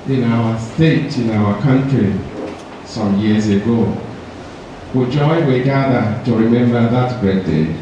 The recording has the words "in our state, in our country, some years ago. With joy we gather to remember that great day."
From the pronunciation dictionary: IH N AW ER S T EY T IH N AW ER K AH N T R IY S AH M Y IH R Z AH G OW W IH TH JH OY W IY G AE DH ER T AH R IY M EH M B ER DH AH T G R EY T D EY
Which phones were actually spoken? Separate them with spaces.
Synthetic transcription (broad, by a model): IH N AW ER S T EY T IH N AW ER K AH N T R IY S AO M Y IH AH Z AH G OW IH JH OY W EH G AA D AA T AH R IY M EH M B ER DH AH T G EY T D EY